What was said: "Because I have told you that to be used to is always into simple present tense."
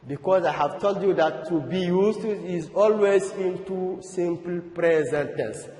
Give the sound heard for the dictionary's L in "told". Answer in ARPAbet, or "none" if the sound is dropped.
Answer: L